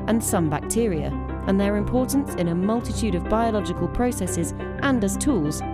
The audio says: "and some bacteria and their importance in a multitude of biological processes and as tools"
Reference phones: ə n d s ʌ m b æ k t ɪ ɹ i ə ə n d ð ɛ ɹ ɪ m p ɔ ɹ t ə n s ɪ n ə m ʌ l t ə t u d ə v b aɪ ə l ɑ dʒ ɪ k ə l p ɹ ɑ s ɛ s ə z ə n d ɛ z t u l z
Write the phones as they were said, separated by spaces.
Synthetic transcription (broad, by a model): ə n s ʌ m b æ k t ɪ ɹ i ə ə n ð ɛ ɹ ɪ m p ɔ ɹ t n s ɪ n ə m ʌ l t ə t u d ə v b aɪ ə l ɑ dʒ ɪ k ə l p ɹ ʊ s ɛ s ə z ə n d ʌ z t u l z